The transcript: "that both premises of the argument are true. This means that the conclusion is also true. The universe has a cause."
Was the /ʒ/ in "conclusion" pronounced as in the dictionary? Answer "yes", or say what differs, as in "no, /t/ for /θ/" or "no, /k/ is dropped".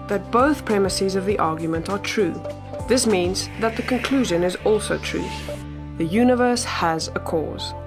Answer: yes